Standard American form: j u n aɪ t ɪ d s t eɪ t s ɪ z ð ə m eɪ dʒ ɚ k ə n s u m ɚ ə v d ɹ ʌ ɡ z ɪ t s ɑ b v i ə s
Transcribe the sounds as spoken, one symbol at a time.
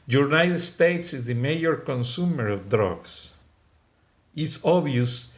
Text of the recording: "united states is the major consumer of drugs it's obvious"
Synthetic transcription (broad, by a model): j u n aɪ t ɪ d s t eɪ t s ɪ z ð ə m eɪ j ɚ k ə n s u m ɚ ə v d ɹ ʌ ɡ s ɪ t s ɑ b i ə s